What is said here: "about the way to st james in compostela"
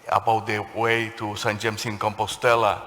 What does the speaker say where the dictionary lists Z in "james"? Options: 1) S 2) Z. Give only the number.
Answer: 1